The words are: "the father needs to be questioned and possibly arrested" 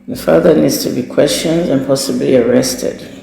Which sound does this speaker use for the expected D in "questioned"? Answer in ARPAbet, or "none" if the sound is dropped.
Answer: D